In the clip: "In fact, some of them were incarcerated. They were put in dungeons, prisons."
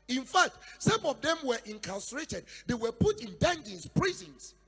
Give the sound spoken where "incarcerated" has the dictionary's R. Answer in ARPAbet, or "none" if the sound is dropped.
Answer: L